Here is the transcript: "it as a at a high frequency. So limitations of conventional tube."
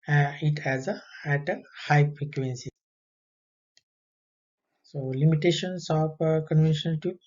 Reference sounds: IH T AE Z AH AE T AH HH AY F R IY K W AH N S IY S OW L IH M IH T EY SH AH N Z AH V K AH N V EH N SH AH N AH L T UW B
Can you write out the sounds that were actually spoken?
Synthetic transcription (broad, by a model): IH T AE Z AH AE T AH HH AY P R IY K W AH N S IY S OW L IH M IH T EY SH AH N S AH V K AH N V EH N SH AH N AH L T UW